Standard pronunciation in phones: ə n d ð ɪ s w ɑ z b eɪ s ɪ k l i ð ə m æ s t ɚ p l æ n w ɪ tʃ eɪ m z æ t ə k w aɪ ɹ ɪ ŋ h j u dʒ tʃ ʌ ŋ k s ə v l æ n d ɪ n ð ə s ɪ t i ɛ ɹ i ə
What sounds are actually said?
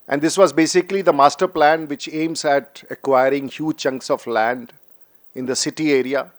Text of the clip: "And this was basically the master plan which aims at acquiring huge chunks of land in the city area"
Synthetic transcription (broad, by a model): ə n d ɪ s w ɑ z b eɪ s ɪ k l i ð ə m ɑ s t ɚ p l æ n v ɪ tʃ eɪ m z æ t ə k w aɪ ɹ ɪ ŋ h j u dʒ tʃ ʌ ŋ k s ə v l æ n d ɪ n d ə s ɪ t i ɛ ɹ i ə